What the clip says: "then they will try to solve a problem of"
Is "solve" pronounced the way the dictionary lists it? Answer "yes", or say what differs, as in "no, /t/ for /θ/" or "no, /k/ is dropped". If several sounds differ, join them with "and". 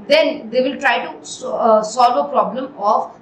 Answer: yes